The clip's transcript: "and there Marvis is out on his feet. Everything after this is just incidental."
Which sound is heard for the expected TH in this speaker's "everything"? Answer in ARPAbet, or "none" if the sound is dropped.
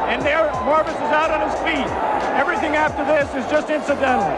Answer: TH